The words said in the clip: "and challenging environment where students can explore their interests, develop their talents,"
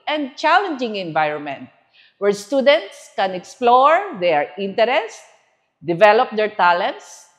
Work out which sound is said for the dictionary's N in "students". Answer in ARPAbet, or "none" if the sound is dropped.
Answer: N